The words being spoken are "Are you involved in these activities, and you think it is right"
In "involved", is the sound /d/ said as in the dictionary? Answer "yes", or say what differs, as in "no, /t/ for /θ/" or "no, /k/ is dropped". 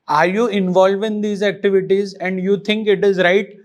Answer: no, /d/ is dropped